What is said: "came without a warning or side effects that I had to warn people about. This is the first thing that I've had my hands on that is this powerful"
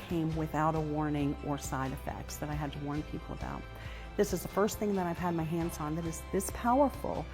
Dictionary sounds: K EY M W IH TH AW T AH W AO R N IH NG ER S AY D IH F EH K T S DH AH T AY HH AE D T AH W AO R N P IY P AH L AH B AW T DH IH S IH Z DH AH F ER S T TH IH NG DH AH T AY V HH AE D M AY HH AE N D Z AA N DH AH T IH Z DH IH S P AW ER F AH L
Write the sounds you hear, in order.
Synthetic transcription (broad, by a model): K EY M W IH TH AW T AH W AO R N IH NG ER S AY D IH F EH K T S DH AH T AY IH D T AH W AO R N P IY P L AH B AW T DH IH S IH Z DH AH F ER S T TH IH NG DH AH T AY V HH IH D M AY HH AE N D Z N DH AH T IH Z DH IH S P AW ER F L